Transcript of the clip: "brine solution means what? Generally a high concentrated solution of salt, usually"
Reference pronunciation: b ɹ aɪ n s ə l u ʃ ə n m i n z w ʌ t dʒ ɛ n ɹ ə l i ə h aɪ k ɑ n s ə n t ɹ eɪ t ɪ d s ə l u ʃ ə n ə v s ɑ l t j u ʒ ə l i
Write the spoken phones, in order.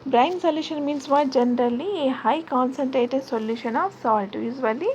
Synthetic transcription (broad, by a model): b ɹ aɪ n s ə l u ʃ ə n m i n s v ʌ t dʒ ɛ n ɹ ə l i ə h aɪ k ɑ n s ə n t ɹ eɪ t ɪ d s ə l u ʃ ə n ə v s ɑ l t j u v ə l i